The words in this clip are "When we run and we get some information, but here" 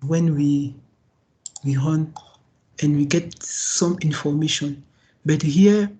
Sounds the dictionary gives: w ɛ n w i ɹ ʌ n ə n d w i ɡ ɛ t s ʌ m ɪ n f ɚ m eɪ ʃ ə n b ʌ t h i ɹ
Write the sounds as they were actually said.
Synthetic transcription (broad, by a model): w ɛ n w i w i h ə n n w i ɡ ɛ t s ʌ m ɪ n f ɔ m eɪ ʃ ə n b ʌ t h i